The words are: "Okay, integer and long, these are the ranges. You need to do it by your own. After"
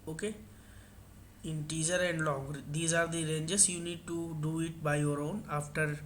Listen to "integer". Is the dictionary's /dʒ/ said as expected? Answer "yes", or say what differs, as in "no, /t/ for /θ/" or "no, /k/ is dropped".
no, /z/ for /dʒ/